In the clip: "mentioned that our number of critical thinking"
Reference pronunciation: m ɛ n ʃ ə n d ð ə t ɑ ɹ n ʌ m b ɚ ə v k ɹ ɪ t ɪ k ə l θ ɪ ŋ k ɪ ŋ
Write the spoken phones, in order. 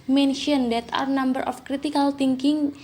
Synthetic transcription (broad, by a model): m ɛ n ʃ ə n d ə t ɑ ɹ n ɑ m b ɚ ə f k ɹ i t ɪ k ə l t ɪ ŋ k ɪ ŋ